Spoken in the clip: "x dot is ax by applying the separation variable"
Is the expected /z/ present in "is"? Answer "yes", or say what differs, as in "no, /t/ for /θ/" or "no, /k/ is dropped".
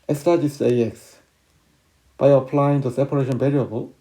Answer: no, /s/ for /z/